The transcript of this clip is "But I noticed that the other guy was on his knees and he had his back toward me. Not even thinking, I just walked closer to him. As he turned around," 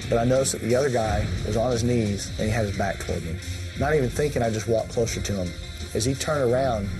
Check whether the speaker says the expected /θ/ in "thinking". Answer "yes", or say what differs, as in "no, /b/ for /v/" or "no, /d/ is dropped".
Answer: yes